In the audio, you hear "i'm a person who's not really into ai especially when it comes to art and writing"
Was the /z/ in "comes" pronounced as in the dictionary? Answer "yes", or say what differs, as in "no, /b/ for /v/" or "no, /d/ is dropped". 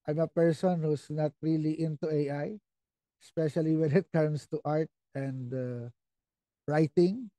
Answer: no, /s/ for /z/